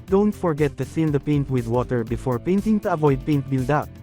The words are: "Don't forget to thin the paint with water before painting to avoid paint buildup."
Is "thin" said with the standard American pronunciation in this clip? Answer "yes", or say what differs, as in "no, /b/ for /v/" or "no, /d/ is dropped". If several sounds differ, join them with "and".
no, /s/ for /θ/